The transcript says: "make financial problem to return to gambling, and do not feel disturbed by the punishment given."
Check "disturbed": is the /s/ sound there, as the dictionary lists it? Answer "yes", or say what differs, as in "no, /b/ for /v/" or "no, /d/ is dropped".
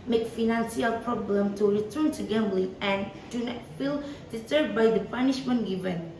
no, /s/ is dropped